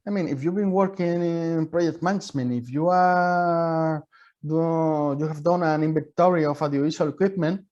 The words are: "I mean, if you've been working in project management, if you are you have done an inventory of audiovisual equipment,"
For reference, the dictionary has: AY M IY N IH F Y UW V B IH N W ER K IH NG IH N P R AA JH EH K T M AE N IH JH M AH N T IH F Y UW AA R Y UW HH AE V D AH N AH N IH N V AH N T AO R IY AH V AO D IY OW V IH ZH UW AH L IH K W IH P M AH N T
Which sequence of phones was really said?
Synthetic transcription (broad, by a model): AY M IY N IH F Y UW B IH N W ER K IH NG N P R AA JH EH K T M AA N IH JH M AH N IH F Y UW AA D Y UW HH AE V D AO N AH N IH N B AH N T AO R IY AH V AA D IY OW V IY S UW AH L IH K W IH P M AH N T